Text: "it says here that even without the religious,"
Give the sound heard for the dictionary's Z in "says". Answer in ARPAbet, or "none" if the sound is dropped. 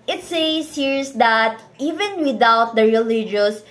S